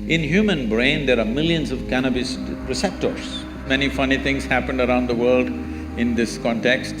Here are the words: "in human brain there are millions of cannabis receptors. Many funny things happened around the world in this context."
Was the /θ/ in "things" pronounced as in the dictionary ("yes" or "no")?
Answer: no